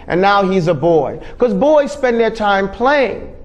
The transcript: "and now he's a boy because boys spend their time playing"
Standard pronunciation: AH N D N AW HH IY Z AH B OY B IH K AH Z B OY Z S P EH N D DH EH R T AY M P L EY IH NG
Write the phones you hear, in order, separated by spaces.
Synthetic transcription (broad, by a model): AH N N AW HH IY Z AH B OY IH K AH Z B OY Z S P EH N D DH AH R T AY M P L EY IH NG